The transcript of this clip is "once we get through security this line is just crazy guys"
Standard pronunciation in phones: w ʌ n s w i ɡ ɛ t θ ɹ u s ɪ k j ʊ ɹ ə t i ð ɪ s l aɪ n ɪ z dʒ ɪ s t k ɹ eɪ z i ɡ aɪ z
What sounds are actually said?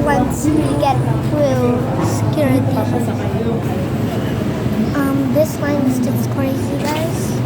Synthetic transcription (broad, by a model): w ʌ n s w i ɡ ɛ t f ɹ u s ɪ k j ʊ ɹ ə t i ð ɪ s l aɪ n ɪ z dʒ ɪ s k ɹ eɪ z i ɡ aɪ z